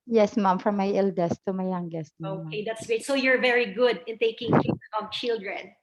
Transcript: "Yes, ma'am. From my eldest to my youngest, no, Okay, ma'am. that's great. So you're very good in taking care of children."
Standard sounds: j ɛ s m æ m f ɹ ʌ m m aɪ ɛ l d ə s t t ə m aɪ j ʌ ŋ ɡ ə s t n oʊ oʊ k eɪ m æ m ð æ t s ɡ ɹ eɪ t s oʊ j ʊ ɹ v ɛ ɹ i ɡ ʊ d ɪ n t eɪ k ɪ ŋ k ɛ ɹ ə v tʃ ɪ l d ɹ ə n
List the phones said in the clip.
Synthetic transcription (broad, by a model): j ɛ s m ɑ m f ɹ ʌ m m aɪ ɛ l d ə s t t ə m aɪ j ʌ ŋ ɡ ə s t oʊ oʊ k eɪ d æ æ t s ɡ eɪ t s oʊ j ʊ ɹ v ɛ ɹ i ɡ ʊ d ɪ n t eɪ k ɪ ŋ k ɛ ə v tʃ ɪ l d ɹ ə n